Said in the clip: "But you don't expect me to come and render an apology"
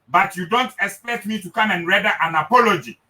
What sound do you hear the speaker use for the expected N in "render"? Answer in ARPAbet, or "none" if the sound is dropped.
none